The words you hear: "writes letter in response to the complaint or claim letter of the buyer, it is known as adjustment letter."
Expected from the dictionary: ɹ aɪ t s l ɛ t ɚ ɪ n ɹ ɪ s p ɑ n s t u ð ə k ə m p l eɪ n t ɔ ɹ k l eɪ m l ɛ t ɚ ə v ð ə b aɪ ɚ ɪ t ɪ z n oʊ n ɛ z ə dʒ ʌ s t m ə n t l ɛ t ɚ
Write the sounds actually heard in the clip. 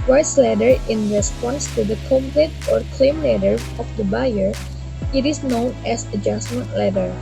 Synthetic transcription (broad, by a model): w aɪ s l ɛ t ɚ ɪ n ɹ ɪ s p ɑ n s t u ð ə k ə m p l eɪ t ɔ ɹ k l eɪ m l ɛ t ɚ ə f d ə b aɪ ɚ ɪ t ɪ s n oʊ n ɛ s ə dʒ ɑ s m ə n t l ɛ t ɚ